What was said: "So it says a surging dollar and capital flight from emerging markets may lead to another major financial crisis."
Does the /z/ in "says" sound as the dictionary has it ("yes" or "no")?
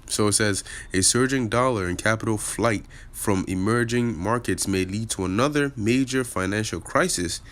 yes